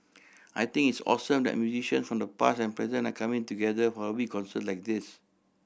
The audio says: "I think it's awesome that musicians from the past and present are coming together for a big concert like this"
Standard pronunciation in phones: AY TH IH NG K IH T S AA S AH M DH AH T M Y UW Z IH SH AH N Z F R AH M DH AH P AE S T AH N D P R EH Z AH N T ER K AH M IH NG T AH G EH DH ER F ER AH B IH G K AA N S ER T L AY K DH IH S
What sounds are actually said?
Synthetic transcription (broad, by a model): AY T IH NG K IH T S AA S AH M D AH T M Y UW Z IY SH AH N S F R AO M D AH P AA S AH N P R EH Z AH N AA K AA M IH NG T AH G EH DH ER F AH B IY K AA N S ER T L AY K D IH S